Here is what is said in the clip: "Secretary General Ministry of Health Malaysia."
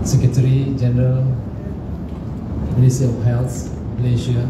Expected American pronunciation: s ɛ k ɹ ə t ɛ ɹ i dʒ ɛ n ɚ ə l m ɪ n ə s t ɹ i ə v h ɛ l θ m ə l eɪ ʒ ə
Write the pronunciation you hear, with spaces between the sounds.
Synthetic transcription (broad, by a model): s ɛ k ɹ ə t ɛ ɹ i dʒ ɛ n ɚ ə l m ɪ l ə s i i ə f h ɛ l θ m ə l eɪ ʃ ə